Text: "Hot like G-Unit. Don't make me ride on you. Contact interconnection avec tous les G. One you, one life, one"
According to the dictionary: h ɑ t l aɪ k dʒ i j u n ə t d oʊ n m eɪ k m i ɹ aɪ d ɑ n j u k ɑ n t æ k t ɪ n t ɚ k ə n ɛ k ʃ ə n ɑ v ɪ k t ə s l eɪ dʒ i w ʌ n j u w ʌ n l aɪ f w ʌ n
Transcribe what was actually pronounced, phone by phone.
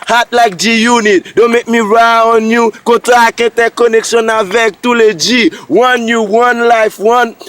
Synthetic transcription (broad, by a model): h ɑ t l aɪ k dʒ i j u n ə t d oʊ m eɪ k m i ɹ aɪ ɑ n j u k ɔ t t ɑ k ɛ t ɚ k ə n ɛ k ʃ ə n ɑ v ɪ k t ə l eɪ dʒ i w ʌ n j u w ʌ n l aɪ f w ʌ n